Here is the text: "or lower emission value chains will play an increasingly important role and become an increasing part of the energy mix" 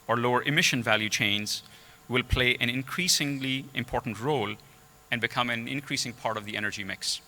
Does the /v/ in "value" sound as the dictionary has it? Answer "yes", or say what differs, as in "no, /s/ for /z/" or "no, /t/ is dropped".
yes